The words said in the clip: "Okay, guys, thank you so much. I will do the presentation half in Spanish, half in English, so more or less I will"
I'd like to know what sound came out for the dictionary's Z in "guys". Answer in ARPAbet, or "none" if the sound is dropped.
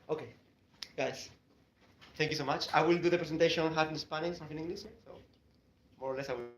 S